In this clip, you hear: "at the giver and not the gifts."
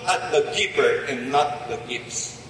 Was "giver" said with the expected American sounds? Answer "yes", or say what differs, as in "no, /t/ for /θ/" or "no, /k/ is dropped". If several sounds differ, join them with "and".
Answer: no, /p/ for /v/